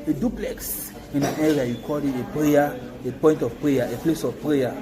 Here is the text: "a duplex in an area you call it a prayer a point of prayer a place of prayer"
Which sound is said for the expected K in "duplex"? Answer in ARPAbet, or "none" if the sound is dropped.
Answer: K